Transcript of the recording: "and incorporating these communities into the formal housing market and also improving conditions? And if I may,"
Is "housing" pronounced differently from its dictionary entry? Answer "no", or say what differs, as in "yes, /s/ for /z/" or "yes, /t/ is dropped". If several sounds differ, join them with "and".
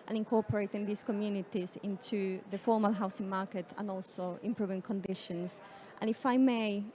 yes, /s/ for /z/